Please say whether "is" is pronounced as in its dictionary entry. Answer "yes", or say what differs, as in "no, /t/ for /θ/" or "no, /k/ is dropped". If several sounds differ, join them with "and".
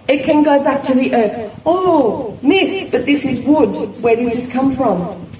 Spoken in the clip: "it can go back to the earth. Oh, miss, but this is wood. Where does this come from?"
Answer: yes